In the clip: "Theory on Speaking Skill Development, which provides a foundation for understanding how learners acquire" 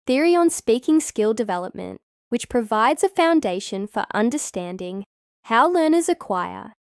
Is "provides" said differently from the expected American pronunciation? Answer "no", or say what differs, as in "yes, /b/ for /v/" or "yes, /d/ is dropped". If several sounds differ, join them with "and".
no